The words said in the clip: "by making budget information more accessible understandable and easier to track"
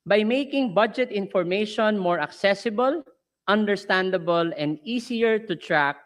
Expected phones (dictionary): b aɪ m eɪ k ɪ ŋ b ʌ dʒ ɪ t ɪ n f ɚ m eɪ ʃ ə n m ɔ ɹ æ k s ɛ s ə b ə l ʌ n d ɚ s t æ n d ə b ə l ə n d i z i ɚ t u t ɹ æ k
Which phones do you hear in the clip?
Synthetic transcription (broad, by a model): b aɪ m eɪ k ɪ ŋ b ʌ dʒ ɪ t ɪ n f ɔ m eɪ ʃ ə n m ɔ ɹ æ k s ɛ s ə b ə l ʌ n d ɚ s t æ n d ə b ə l ə n d i s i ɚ t u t ɹ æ k